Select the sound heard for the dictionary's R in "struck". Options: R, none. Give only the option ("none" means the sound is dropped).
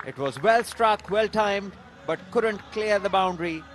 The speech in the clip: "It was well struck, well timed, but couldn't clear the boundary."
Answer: R